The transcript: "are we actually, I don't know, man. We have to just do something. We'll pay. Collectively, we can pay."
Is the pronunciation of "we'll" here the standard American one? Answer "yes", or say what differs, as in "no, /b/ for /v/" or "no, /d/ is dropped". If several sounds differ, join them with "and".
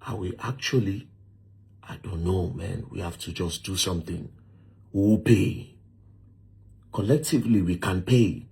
no, /w/ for /l/